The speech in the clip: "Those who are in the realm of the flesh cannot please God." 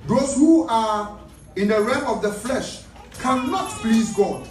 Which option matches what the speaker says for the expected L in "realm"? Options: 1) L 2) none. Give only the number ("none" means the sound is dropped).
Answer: 2